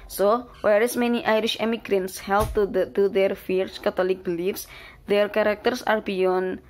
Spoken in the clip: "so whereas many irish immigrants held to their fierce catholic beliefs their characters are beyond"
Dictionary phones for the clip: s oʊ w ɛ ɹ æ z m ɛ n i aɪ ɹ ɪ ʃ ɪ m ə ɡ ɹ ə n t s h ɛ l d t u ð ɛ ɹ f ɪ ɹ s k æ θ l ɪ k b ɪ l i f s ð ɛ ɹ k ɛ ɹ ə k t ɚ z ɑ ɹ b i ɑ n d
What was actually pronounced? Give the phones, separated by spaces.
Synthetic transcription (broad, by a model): s oʊ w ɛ ɹ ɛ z m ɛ n i aɪ ɹ ɪ ʃ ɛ m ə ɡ ɹ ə n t s h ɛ l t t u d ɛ ɹ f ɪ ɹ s k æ t l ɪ k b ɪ l i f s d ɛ ɹ k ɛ ɹ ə k t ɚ s ɑ ɹ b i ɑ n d